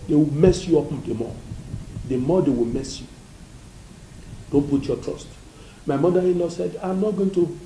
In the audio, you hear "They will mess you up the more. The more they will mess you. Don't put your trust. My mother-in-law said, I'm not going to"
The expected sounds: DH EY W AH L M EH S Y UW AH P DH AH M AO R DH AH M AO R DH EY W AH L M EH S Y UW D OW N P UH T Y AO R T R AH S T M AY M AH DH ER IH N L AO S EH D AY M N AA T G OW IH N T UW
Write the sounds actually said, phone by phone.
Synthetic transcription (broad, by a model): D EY W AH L M EH S Y UW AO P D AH M AO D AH M AO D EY W AH L M EH S Y UW D OW N P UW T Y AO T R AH S T M AY M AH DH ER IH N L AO S EH D AY M N AA T G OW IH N T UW